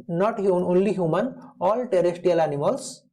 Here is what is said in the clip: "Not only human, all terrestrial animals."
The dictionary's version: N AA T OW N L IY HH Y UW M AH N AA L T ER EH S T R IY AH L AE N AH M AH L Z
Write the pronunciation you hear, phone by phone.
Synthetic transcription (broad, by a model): N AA T OW N L IY HH Y UW M AH N AA L T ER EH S T IY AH L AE N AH M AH L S